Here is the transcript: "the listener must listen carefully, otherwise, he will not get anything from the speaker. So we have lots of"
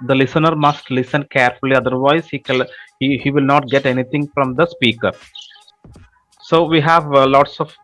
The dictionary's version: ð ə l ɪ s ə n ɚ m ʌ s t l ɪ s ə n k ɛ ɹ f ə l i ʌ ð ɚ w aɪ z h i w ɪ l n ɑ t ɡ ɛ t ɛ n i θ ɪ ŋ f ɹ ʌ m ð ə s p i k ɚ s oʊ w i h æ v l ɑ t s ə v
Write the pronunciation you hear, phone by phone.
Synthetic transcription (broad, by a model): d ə l ɪ s ə n ɚ m ʌ s t l ɪ s ə n k ɛ ɹ f ə l i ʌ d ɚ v aɪ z h i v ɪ l n ɑ t ɡ ɛ t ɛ n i t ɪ ŋ f ɹ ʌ m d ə s p i k ɚ s oʊ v i h æ v l ɑ t s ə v